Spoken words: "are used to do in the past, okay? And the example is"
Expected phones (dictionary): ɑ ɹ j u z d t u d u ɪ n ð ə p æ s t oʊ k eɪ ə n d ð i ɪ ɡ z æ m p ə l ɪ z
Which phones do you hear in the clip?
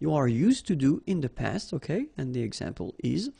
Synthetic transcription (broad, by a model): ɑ ɹ j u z t u d u ɪ n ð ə p æ s t oʊ k eɪ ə n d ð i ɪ ɡ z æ m p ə l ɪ z